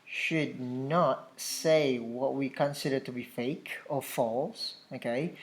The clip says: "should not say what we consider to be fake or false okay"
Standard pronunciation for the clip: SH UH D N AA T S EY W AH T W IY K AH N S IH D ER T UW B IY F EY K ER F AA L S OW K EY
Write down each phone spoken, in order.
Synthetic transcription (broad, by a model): SH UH D N AA T S EY W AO T W IY K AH N S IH D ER T UW B IY F EY K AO F AA L S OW K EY